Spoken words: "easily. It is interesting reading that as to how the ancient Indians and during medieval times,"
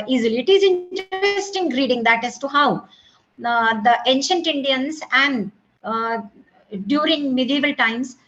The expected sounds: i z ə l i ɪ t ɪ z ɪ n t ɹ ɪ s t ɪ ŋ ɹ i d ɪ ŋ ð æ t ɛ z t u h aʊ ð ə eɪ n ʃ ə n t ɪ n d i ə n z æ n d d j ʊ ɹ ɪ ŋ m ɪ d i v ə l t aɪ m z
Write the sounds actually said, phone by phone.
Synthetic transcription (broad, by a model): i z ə l i ɪ t ɪ z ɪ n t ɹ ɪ s t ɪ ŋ ɹ i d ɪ ŋ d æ t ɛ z t u h aʊ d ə eɪ n ʃ ə n t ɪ n d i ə n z æ n d d j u ɹ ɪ ŋ m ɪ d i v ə l t aɪ m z